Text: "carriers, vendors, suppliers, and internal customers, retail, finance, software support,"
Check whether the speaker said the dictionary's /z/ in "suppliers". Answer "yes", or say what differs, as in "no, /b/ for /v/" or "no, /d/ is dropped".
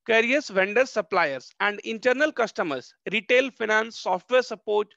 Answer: no, /s/ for /z/